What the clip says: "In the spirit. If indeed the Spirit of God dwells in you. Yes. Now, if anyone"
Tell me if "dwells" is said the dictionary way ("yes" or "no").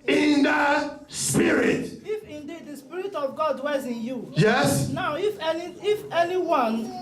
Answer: no